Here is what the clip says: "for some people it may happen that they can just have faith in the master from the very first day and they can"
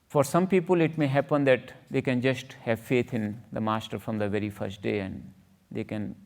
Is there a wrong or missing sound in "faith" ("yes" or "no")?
yes